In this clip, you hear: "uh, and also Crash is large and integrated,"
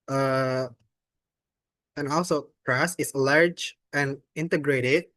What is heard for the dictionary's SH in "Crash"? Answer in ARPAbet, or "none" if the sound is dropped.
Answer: S